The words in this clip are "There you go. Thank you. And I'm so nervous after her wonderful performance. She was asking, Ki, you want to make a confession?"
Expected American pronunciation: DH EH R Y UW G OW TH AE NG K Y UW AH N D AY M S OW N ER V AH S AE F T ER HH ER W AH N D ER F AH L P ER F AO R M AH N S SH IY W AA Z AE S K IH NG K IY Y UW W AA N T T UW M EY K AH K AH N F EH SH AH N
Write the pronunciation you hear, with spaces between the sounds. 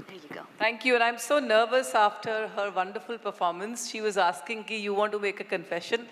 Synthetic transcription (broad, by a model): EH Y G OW T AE NG K Y UW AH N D AY M S OW N ER V AH S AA F T ER HH ER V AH N D ER F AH L P ER F AO R M AH N S SH IY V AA Z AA S K IH NG K IY Y UW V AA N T T UW M EY K AH K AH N F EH SH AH N